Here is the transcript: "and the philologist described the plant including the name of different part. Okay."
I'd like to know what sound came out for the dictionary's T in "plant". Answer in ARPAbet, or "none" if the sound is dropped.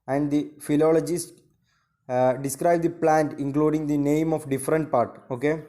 T